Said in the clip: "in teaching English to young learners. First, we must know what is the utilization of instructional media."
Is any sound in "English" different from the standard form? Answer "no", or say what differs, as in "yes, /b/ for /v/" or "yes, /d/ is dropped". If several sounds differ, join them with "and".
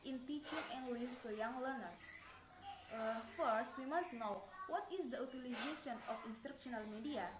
yes, /s/ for /ʃ/